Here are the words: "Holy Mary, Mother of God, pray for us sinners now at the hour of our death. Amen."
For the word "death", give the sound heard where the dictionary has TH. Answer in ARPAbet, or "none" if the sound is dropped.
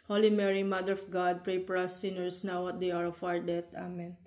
T